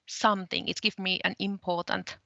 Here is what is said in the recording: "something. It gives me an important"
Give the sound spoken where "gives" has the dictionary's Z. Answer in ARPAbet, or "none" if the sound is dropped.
none